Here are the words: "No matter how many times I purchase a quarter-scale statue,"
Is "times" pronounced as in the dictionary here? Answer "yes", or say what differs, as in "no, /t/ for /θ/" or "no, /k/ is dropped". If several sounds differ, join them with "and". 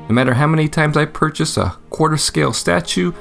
yes